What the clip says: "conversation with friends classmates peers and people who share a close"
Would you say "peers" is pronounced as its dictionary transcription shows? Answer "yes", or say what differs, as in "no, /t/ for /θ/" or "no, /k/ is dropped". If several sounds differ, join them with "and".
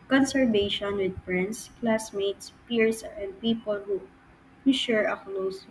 no, /s/ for /z/